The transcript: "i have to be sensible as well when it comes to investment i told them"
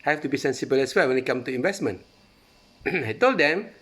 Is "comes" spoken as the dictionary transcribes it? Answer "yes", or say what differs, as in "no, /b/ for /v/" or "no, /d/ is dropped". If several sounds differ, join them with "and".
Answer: no, /z/ is dropped